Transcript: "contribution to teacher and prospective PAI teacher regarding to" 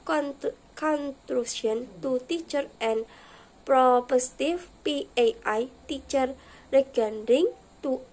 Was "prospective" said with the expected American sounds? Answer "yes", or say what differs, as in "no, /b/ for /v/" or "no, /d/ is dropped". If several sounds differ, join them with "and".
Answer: no, /s/ is dropped